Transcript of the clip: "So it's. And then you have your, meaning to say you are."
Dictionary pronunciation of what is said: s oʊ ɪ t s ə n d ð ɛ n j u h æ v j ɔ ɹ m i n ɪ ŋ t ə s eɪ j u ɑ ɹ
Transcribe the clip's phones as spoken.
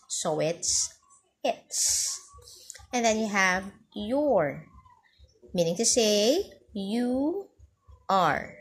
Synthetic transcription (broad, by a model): s oʊ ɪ t s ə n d ð ɛ n j u h æ v j ɔ ɹ m i n ɪ ŋ t ə s eɪ j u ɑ ɹ